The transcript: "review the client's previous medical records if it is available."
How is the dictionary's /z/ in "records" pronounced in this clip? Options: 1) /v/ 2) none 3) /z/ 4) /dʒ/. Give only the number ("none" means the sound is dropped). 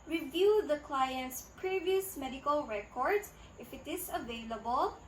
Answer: 2